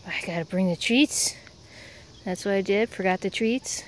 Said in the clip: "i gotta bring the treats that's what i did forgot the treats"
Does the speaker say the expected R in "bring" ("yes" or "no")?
yes